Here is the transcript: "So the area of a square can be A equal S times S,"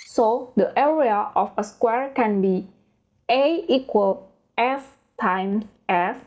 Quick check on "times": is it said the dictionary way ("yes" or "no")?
no